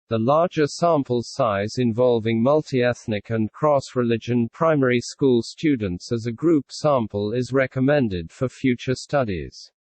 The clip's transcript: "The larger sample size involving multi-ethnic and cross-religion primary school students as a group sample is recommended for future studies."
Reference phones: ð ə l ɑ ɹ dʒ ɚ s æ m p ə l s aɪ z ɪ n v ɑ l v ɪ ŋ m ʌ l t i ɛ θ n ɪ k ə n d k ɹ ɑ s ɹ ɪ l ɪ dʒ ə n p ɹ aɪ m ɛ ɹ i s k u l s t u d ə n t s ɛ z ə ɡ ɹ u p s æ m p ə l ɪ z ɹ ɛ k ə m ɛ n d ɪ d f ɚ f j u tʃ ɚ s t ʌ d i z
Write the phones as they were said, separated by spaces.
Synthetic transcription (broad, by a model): ð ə l ɑ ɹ dʒ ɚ s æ m p ə l s aɪ z ɪ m v ɑ l v ɪ ŋ m ʌ l t i ɛ θ n ɪ k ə n k ɹ ɑ s ɹ ɪ l ɪ dʒ ə n p ɹ aɪ m ɛ ɹ i s k u l s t u d n t s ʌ z ə ɡ ɹ u p s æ m p ə l ɪ z ɹ ɛ k ə m ɛ n d ɪ d f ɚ f j u tʃ ɚ s t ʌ d i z